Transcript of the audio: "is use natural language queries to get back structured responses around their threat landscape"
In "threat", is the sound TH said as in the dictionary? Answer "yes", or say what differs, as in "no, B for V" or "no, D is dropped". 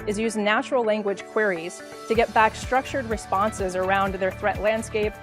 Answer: yes